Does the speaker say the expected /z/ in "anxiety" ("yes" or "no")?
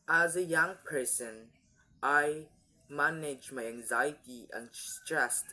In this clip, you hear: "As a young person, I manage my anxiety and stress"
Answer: yes